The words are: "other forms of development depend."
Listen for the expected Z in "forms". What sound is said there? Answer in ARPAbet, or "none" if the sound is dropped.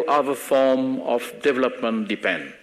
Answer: none